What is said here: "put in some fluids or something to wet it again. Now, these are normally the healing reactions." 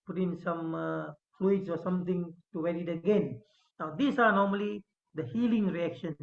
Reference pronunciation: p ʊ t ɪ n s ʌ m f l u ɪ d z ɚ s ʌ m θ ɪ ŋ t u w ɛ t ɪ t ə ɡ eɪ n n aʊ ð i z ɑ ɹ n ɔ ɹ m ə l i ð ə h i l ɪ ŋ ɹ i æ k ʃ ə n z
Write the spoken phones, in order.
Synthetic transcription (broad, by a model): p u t ɪ n s ʌ m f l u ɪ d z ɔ s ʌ m t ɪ ŋ t u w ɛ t ɪ t ə ɡ eɪ n n aʊ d i s ɑ ɹ n ɔ ɹ m ə l i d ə h i l ɪ ŋ ɹ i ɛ k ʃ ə n